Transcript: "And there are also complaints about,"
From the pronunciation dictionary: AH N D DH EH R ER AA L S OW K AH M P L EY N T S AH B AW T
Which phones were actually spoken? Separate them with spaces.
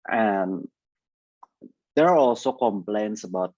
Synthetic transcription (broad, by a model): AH N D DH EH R AA L S OW K AH M P L EY N T S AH B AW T